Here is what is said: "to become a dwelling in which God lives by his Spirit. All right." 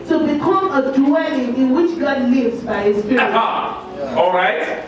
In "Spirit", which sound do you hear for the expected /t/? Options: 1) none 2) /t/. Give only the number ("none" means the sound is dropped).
1